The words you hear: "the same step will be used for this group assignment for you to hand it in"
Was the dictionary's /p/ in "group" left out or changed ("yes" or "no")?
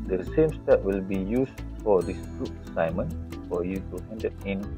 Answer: yes